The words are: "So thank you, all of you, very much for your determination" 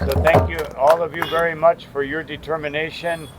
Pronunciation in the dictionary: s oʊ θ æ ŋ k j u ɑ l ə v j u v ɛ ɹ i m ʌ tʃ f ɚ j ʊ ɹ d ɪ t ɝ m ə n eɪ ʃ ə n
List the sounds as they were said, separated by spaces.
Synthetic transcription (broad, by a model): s oʊ θ æ ŋ k j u ɑ l ə v j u v ɛ ɹ i m ʌ tʃ f ɚ j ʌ ɹ d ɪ t ɝ m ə n eɪ ʃ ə n